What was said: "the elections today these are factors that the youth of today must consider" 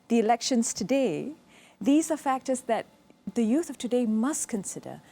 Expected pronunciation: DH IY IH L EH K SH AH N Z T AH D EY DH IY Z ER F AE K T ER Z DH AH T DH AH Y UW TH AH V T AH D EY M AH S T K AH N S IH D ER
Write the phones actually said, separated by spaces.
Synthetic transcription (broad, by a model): DH IY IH L EH K SH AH N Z T AH D EY DH IY Z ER F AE K T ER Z DH AH T DH AH Y UW TH AH V T AH D EY M AH S T K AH N S IH D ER